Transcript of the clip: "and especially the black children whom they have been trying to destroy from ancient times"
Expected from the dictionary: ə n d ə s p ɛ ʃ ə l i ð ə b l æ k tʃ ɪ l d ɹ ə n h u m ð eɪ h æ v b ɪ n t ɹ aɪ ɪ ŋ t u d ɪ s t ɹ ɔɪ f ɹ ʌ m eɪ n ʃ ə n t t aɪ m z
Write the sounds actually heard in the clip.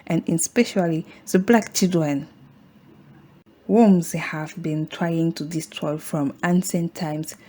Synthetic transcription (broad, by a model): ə n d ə s p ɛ ʃ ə l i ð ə b l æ k tʃ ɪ l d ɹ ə n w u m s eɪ h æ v b ɪ n t ɹ aɪ ɪ ŋ t u d ɪ s t ɹ ɔɪ f ɹ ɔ m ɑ n s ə n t t aɪ m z